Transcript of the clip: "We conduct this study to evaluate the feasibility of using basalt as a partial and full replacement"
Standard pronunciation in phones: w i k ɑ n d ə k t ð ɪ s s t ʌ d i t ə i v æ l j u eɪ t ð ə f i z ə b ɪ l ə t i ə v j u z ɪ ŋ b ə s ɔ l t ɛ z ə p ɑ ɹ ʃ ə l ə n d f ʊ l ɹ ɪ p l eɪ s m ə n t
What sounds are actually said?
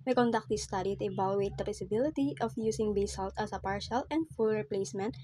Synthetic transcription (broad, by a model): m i k ɑ n d ə k t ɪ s s t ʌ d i t ə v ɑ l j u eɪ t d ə p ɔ s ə b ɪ l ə t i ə f j u s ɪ ŋ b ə s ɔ l t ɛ s ə p ɑ ɹ ʃ ə l ə n d f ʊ l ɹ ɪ p l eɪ s m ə n t